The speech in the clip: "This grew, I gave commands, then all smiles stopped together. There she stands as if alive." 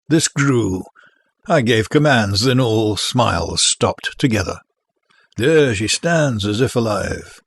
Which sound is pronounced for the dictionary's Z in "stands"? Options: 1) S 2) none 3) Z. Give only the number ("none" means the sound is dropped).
3